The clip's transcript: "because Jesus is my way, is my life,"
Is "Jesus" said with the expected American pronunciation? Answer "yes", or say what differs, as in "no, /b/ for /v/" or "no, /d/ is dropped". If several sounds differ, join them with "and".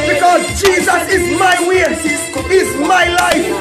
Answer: yes